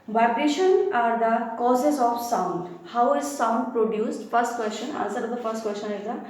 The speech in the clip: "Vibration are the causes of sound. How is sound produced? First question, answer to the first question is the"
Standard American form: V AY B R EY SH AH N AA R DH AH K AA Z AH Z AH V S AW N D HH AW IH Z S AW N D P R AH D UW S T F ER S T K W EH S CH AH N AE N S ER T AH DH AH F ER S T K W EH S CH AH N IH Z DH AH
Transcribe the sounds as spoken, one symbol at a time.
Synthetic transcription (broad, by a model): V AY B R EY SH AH N AA R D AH K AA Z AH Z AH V S AW N D HH AW IH Z S AW N D P R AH D UW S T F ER S T K W EH S CH AH N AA L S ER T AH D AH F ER S T K W EH S CH AH N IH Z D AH